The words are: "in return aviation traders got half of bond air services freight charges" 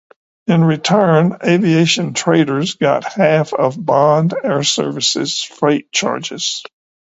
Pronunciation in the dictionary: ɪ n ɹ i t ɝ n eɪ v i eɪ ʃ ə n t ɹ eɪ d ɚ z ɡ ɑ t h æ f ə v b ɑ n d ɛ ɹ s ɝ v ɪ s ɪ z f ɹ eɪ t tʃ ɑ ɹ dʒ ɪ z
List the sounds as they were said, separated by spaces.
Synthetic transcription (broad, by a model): ɪ n ɹ i t ɝ n eɪ v i eɪ ʃ ə n t ɹ eɪ d ɚ z ɡ ɑ t h æ f ə v b ɑ n d ɛ ɹ s ɝ v ɪ s ɪ z f ɹ eɪ t tʃ ɑ ɹ dʒ ɪ z